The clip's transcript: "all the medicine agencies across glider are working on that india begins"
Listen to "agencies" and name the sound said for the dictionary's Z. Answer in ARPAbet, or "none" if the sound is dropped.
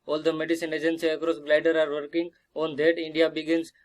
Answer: none